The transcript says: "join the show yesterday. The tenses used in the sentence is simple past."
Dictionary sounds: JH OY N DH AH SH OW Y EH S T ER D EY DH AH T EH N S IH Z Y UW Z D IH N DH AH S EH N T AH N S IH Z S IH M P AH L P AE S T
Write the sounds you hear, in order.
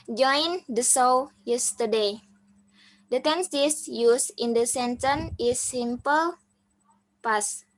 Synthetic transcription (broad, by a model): JH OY N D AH S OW Y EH S T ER D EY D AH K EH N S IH S Y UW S IH N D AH S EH N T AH N IH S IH M P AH L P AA S